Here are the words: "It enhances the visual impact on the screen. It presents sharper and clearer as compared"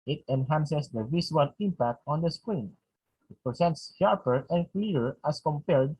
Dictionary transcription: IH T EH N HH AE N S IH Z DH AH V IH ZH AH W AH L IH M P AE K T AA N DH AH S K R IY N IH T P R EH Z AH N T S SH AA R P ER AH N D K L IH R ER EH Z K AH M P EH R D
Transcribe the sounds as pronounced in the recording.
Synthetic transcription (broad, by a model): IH T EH N HH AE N S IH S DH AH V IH S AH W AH L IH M P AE K T AA N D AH S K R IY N IH T P R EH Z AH N T S SH AA R P ER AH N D K L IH R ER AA S K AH M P EH R D